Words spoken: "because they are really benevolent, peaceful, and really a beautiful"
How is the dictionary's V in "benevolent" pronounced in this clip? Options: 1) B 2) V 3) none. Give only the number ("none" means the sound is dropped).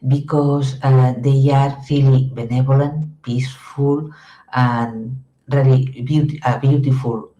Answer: 1